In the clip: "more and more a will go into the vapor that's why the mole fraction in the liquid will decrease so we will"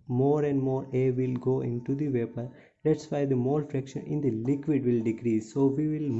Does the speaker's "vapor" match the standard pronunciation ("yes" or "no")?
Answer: yes